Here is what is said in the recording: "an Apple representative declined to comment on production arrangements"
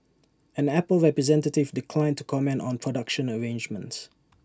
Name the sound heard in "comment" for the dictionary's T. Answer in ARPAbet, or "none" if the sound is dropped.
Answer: T